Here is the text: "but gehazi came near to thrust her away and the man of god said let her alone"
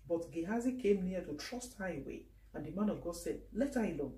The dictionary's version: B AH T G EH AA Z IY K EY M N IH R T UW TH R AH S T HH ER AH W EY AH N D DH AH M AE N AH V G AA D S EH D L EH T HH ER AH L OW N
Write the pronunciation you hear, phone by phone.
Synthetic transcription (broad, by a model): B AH T G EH AA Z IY K EY M N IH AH T UW T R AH S T HH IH AH W EY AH N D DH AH M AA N AH V G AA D S EH D L EH T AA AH L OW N